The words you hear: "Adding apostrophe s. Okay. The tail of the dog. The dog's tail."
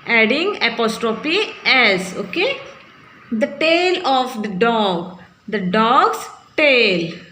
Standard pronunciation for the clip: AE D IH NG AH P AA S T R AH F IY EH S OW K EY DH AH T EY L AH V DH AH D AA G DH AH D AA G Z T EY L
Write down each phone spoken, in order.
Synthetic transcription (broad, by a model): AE D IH NG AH P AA S T R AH P IY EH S OW K EY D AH T EY L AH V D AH D AA G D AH D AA G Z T EY L